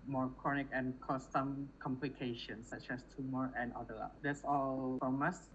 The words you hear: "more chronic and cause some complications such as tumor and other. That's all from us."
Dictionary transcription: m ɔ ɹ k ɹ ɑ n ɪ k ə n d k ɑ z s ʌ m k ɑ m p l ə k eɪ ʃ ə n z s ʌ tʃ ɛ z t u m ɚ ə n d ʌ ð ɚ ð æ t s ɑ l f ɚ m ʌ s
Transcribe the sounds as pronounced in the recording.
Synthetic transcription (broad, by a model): m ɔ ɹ k ɹ ɑ n ɪ k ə n k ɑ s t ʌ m k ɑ m p l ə k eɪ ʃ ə n s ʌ tʃ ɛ s t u m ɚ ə n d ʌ ɚ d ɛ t s ɑ l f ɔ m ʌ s